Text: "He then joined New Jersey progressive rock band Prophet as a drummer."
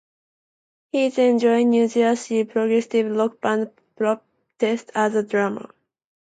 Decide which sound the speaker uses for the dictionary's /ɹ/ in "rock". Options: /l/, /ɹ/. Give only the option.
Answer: /l/